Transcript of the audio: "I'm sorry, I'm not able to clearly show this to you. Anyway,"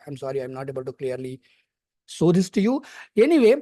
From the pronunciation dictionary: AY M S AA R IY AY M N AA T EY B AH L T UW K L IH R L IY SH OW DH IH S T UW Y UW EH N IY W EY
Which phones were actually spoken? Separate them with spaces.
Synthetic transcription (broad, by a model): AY M S AA R IY AY M N AA T EY B AH L T UW K L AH R L IY S OW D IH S T UW Y UW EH N IY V EY